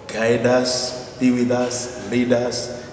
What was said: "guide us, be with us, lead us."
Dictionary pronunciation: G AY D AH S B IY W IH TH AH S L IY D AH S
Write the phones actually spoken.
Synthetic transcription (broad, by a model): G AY D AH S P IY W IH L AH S L IY D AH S